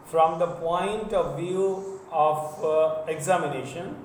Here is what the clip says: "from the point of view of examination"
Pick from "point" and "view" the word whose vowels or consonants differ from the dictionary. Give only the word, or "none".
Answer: none